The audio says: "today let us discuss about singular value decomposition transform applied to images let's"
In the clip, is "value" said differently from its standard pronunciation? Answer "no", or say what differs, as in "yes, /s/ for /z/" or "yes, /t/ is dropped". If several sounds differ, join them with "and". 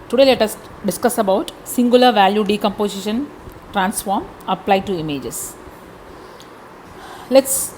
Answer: no